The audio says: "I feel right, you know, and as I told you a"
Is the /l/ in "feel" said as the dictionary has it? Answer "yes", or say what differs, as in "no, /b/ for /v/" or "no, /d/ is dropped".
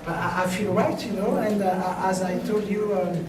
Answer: yes